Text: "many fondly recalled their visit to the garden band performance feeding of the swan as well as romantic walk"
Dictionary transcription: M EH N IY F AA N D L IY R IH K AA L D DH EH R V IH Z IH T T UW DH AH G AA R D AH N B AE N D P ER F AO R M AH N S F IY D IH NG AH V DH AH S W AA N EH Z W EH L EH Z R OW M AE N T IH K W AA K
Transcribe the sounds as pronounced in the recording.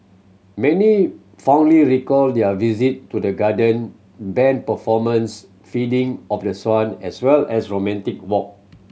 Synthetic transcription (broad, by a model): M EH N IY F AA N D L IY R IH K AA L D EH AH V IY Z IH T T UW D AH G AA D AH N B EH N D P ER F AO M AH N S F IY D IH NG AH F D AH S W AA N EH S W EH L EH S R OW M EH N T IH K W AA K